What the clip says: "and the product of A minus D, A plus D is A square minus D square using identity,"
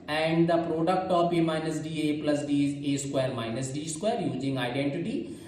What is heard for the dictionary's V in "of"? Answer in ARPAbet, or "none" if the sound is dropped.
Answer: P